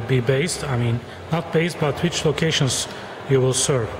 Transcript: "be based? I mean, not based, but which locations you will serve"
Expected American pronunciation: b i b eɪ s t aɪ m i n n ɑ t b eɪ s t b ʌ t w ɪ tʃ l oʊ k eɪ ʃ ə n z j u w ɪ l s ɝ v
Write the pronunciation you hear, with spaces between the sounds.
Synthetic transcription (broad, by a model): b i b eɪ s t aɪ m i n n ɑ t b eɪ s t b ʌ t w ɪ tʃ l oʊ k eɪ ʃ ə n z j u w ɪ l s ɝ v